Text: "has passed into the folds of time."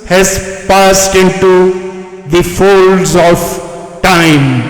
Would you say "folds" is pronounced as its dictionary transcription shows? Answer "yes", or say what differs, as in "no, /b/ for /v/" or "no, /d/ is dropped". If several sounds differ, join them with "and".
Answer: yes